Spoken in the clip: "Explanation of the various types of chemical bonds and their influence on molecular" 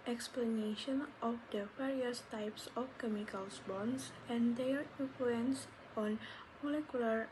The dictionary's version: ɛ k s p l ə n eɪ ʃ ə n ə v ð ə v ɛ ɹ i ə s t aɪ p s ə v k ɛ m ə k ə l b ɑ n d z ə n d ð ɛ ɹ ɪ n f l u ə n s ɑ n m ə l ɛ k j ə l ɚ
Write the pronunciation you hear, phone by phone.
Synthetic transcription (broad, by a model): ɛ k s p l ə n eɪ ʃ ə n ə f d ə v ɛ ɹ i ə s t aɪ p s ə f k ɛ m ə k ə l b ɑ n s ə n d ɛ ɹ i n f l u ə n s ɑ n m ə l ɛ k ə l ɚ